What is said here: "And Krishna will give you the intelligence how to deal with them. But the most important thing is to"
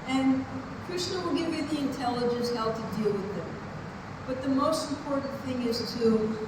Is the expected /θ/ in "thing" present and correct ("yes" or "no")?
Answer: yes